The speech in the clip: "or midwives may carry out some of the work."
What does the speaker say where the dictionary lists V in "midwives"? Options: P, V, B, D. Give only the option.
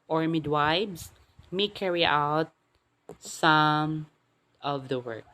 B